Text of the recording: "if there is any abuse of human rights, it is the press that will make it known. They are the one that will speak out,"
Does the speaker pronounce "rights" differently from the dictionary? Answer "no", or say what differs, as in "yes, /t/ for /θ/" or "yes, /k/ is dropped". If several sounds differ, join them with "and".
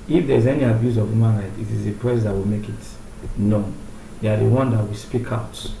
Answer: yes, /s/ is dropped